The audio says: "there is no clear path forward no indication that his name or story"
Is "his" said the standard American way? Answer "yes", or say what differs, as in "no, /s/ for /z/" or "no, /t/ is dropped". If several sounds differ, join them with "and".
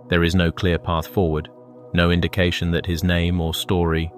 yes